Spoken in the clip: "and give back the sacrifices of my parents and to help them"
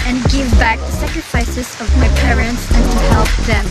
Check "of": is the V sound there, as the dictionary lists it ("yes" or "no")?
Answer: yes